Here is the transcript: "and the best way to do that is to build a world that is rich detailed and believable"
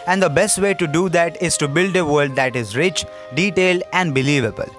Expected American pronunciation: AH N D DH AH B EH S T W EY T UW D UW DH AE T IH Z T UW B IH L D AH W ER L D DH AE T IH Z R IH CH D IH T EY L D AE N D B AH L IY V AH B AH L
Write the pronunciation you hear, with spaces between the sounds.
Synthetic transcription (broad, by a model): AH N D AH B EH S T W EY T UW D UW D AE T IH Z T UW B IH L D AH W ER L D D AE T IH Z R IH CH D IH T EY L D AE N D B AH L IY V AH B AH L